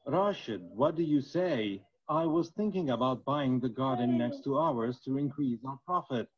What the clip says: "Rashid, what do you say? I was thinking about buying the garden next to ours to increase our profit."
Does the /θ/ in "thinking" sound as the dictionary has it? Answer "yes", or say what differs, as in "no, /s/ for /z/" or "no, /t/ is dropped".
yes